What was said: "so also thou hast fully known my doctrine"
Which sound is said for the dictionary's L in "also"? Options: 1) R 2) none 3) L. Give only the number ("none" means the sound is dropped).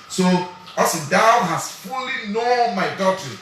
2